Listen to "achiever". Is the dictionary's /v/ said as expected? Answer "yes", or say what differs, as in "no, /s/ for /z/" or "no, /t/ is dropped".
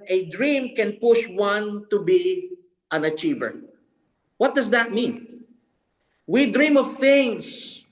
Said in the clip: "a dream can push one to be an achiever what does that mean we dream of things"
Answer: yes